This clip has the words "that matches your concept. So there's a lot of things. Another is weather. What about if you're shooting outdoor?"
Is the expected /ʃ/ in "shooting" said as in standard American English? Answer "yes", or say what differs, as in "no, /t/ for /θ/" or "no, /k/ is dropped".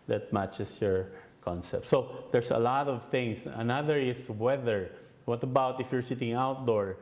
no, /s/ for /ʃ/